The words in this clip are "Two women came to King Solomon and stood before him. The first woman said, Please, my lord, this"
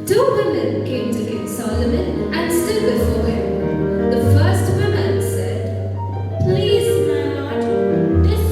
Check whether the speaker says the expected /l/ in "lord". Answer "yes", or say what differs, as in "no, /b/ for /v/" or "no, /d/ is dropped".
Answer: no, /n/ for /l/